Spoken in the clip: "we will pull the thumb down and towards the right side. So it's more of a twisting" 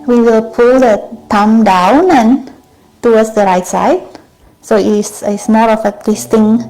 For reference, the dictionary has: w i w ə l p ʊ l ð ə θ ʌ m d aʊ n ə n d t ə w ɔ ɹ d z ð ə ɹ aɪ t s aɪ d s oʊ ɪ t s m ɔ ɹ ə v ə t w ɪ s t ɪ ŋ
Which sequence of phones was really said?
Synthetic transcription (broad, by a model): w i w ə l p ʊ l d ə t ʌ m d aʊ n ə n t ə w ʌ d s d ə ɹ aɪ t s aɪ d s oʊ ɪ s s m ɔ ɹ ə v ə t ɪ s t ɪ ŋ